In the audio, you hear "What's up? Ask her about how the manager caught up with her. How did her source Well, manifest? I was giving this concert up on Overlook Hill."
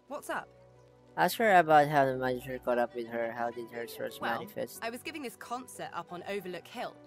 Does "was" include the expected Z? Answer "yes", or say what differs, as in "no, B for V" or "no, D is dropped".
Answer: yes